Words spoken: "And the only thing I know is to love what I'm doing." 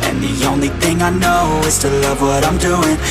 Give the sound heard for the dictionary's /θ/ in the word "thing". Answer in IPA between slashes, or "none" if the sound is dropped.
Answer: /θ/